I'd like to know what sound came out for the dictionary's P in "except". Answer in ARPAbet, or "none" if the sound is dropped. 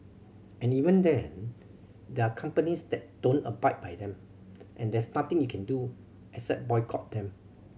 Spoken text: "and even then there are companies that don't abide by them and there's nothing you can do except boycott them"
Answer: none